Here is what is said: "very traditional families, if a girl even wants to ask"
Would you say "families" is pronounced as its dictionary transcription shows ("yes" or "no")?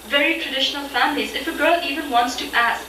yes